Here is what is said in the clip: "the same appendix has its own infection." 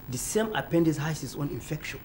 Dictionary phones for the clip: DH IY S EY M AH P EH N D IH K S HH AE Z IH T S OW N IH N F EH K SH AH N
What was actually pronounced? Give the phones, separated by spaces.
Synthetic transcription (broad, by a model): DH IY S EY M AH P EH N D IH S HH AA S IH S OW N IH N F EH K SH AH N